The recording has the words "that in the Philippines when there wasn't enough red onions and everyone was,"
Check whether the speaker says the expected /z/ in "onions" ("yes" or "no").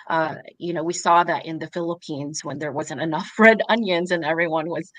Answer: yes